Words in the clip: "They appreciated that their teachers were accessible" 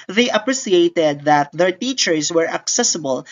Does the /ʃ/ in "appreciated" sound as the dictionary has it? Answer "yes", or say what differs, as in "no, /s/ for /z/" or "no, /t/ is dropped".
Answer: no, /s/ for /ʃ/